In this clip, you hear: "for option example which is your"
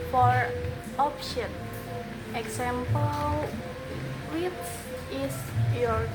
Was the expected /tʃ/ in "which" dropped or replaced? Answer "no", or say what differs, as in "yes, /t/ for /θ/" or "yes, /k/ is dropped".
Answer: yes, /s/ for /tʃ/